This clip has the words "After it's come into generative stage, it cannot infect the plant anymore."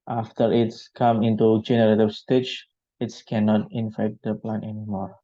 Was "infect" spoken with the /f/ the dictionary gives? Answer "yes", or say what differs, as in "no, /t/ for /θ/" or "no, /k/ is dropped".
yes